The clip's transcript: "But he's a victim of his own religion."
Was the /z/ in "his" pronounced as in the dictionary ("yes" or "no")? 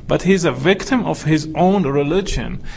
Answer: yes